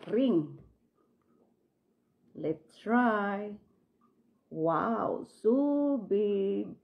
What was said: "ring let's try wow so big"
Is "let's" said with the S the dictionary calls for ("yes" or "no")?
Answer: no